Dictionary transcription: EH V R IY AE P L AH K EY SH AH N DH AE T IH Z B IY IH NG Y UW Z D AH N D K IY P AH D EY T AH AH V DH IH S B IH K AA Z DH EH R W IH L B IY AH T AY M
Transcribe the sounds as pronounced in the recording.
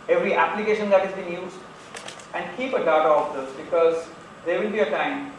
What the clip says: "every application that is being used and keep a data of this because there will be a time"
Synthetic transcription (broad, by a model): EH V R IY AE P L AH K EY SH AH N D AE T IH Z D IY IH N Y UW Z AH N D K IY P AH D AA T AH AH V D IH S B IH K AA Z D EH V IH L B IY AH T AY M